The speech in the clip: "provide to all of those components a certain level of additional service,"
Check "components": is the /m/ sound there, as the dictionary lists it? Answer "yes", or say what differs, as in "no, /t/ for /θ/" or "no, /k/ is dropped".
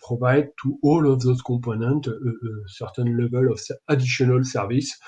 no, /m/ is dropped